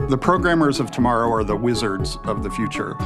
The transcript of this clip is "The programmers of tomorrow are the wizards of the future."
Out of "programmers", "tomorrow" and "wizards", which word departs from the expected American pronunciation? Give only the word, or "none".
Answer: none